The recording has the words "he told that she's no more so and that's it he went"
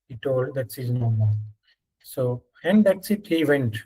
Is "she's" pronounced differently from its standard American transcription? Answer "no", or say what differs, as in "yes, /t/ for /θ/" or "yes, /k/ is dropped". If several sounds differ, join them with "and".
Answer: yes, /s/ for /ʃ/